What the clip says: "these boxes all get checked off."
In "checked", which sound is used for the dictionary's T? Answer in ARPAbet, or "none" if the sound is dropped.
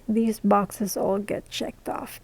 T